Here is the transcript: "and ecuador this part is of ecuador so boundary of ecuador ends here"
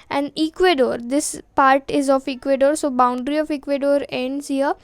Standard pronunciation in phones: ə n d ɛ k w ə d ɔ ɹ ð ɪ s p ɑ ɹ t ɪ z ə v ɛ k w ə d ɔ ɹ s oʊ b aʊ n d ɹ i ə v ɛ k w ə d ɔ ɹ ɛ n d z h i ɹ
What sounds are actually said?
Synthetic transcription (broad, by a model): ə n d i k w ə d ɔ ɹ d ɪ s p ɑ ɹ t ɪ z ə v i k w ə d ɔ ɹ s oʊ b aʊ n d ɹ i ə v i k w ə d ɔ ɹ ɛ n d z h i ɹ